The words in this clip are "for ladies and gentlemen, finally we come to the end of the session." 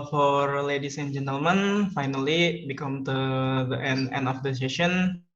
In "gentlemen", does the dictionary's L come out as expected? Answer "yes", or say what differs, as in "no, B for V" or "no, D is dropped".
yes